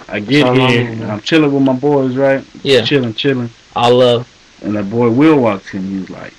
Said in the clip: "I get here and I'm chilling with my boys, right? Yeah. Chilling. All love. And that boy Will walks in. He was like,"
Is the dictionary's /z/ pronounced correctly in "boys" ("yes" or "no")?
yes